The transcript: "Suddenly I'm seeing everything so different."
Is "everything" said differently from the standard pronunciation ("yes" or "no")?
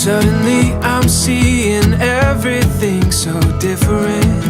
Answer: no